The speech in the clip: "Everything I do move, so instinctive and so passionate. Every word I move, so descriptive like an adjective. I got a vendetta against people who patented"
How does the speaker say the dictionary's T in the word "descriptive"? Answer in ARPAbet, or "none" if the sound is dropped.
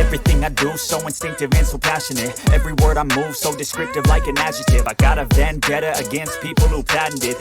T